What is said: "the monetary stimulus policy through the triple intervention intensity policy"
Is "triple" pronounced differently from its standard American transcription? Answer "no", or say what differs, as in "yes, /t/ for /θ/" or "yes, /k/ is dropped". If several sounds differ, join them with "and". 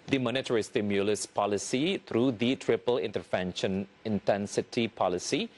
no